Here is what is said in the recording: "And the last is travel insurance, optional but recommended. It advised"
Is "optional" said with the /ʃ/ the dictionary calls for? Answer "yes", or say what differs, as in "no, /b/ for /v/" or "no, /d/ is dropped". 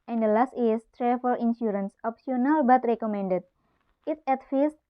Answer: no, /s/ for /ʃ/